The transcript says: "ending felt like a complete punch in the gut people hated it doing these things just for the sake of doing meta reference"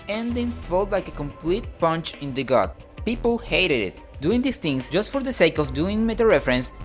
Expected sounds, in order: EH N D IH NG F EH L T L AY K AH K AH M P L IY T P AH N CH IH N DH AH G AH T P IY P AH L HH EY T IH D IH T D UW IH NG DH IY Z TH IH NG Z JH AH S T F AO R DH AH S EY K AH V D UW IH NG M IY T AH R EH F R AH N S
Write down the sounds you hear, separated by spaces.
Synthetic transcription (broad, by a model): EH N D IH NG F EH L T L AY K AH K AH M P L IY T P AH N CH IH N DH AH G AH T P IY P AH L HH EY T IH D IH T D UW IH NG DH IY S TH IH NG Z JH AH S T F AO R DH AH S EY K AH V D UW IH NG M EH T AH R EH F R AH N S